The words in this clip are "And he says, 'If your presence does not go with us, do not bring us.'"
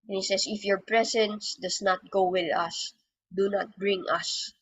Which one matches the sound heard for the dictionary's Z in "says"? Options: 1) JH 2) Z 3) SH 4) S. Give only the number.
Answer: 4